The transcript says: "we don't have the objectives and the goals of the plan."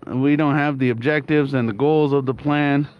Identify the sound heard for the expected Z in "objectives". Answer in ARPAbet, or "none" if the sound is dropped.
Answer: Z